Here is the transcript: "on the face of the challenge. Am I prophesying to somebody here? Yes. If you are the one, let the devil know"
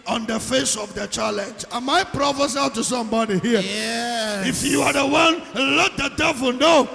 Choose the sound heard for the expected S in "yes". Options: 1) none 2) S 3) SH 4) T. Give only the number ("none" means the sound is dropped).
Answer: 1